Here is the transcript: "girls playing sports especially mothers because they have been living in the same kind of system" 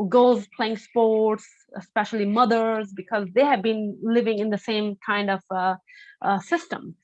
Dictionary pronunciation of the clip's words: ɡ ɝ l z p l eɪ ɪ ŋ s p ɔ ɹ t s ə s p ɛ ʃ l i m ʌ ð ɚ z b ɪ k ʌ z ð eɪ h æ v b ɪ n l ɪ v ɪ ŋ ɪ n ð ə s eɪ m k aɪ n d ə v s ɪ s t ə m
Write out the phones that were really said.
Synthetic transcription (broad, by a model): ɡ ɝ l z p l eɪ ɪ ŋ s p ɔ ɹ t s ə s p ɛ ʃ l i m ʌ ð ɚ z b ɪ k ʌ z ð eɪ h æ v b ɪ n l ɪ v ɪ ŋ ɪ n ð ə s eɪ m k aɪ n d ə v s ɪ s t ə m